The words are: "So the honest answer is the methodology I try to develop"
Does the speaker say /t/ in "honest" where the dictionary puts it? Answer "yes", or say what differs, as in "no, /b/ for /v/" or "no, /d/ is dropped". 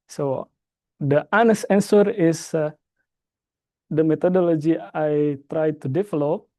no, /t/ is dropped